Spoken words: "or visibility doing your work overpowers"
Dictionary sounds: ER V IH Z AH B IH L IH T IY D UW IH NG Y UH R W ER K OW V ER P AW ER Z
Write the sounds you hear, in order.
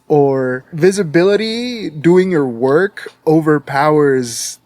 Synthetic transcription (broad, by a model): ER V IH Z AH B IH L IH T IY D UW IH NG Y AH R W ER K OW V ER P AW ER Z